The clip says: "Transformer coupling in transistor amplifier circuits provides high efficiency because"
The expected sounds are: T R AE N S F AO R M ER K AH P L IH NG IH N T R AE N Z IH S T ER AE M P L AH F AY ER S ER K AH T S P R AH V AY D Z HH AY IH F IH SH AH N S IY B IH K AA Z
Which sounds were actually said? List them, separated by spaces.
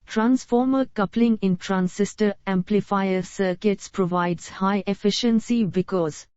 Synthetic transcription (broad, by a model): T R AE N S F AO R M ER K AH P L IH NG IH N T R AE N S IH S T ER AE M P L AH F AY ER S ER K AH T S P R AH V AY D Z HH AY IH F IH SH AH N S IY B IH K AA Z